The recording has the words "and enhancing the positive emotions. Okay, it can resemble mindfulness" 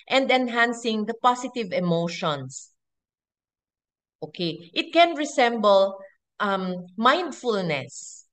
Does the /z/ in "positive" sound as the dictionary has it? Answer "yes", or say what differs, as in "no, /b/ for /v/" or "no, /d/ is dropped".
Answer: no, /s/ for /z/